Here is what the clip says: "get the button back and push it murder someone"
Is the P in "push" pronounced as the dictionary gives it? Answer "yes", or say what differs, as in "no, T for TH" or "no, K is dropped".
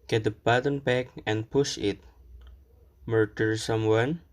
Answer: yes